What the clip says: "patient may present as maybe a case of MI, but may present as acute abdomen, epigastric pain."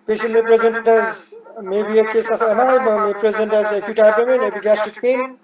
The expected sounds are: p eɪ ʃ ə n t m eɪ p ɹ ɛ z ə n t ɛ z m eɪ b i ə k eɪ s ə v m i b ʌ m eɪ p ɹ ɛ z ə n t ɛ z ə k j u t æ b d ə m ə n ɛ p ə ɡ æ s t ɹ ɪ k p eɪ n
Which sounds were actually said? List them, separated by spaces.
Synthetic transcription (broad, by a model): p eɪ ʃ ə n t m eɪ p ɹ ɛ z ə n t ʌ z m eɪ b i ə k eɪ s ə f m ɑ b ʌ m eɪ p ɹ ɛ z ə n t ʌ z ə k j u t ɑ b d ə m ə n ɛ b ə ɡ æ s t ɪ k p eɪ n